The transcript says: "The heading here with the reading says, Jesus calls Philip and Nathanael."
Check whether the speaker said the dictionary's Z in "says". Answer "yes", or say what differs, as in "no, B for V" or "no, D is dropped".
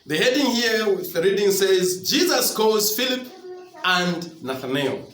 yes